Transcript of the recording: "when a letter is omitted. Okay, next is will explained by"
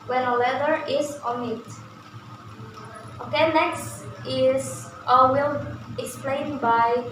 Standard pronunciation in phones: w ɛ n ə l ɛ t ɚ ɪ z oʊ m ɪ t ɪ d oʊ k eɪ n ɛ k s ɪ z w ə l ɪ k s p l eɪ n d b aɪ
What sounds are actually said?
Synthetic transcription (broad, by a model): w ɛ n ə l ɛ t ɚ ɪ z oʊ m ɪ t oʊ k eɪ n ɛ k s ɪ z w ə l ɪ k s p l eɪ n b aɪ